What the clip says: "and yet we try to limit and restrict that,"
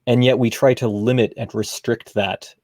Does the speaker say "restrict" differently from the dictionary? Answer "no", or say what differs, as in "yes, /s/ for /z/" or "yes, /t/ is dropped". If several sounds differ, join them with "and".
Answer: no